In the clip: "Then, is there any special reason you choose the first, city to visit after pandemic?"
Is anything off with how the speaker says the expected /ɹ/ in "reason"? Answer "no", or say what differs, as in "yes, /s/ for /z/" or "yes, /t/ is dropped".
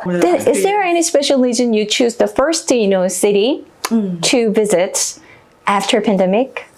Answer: yes, /l/ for /ɹ/